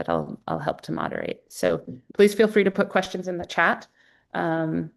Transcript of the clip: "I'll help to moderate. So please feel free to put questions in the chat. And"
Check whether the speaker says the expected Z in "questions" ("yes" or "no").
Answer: yes